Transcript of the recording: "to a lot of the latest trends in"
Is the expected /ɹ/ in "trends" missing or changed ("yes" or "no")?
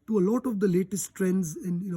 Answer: no